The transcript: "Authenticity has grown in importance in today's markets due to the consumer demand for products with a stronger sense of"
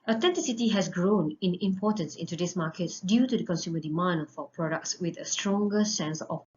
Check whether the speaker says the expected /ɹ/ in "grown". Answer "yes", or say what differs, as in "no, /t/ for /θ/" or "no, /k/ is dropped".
yes